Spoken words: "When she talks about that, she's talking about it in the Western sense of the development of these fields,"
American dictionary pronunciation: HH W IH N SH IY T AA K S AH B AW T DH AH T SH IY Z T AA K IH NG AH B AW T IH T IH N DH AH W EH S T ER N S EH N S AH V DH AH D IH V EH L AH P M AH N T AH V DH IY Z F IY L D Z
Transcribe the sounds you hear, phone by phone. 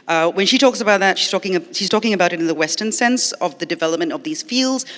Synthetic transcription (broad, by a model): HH W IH N SH IY T AA K S AH B AW T DH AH T SH IY Z T AA K IH NG AH B AW T IH T IH N DH AH W EH S T ER N S EH N S AH V DH AH D IH V EH L AH P M AH N T AH V DH IY Z F IY L D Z